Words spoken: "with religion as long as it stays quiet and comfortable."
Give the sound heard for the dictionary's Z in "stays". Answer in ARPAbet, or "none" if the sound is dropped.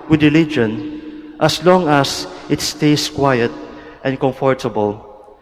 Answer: S